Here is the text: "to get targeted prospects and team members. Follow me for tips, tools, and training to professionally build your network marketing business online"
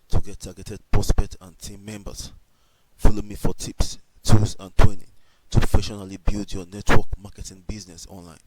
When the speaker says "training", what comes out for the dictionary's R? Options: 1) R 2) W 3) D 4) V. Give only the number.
2